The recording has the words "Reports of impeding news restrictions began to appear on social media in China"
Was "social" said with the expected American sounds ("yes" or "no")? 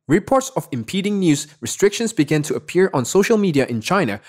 yes